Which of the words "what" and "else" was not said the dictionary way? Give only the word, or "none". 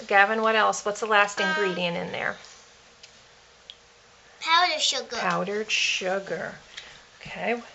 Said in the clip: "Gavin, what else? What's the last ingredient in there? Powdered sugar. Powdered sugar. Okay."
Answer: none